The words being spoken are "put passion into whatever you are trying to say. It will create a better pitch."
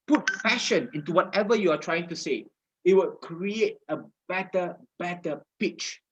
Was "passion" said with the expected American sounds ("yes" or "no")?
no